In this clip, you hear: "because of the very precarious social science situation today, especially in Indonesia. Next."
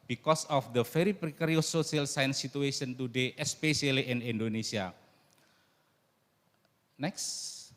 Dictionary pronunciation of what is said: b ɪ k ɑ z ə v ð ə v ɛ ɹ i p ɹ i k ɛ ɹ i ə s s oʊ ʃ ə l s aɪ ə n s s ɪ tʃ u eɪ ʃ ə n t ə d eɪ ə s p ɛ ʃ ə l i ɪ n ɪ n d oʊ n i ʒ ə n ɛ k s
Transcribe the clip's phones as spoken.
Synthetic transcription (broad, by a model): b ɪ k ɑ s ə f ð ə f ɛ ɹ i p ɹ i k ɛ ɹ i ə s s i ə l s aɪ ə n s s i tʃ u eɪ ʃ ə n t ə d eɪ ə s p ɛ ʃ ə l i ɪ n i n d oʊ n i s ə n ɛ k s